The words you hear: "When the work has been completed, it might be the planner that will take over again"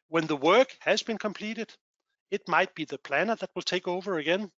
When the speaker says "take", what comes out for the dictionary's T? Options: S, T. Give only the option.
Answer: T